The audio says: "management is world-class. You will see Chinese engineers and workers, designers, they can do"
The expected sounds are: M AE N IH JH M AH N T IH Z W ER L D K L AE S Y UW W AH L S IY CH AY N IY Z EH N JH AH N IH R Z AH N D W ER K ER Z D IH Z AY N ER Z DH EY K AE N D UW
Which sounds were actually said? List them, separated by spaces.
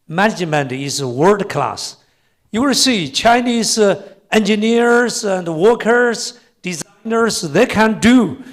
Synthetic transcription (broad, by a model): M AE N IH JH M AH N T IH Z W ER D K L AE S Y UW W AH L S IY CH AY N IY Z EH N JH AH N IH R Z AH N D W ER K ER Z D IH Z AY N ER Z DH EY K AE N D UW